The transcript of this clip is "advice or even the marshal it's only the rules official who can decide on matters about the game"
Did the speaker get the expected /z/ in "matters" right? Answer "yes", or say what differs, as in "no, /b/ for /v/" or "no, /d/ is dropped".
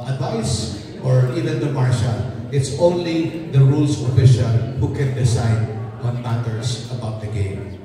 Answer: no, /s/ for /z/